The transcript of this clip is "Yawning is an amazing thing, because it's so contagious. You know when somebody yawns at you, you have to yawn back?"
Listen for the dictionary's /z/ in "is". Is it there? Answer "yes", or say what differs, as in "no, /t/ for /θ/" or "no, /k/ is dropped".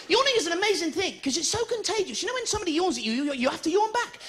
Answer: yes